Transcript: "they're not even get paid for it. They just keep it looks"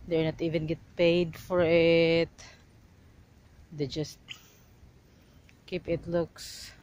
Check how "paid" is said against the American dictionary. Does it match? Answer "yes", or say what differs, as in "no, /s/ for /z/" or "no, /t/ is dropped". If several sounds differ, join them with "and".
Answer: yes